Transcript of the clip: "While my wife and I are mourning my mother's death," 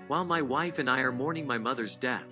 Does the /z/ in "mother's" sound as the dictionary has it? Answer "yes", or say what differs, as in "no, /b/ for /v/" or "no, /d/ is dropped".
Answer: yes